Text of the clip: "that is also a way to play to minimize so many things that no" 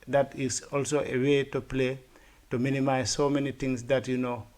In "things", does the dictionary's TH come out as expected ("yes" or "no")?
no